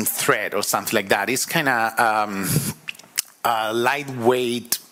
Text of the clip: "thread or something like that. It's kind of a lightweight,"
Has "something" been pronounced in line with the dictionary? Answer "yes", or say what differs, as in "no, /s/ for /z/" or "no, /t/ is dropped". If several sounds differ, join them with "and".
yes